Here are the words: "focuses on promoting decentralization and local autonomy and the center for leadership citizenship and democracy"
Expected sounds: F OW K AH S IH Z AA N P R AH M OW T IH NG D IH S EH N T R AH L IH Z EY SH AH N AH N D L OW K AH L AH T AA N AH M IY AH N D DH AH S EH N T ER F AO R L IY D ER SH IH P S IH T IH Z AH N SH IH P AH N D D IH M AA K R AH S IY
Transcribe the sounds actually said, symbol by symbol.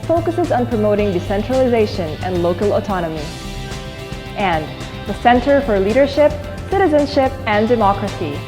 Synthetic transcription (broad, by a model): F OW K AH S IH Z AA N P R AH M OW T IH NG D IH S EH N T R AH L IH Z EY SH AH N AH N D L OW K AH L AH T AA N AH M IY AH N DH AH S EH N T ER F AO R L IY D ER SH IH P S IH T IH Z AH N SH IH P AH N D D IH M AA K R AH S IY